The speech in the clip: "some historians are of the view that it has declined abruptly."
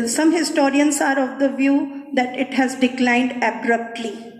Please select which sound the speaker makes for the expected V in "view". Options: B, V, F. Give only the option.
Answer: V